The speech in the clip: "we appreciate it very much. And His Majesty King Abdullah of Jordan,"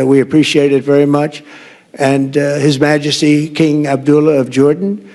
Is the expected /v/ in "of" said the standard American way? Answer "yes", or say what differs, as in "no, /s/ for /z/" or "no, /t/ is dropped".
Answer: yes